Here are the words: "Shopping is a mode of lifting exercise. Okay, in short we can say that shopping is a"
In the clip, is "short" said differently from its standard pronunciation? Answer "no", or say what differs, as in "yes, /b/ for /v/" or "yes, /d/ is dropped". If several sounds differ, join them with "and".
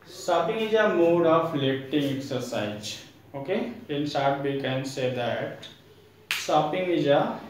yes, /s/ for /ʃ/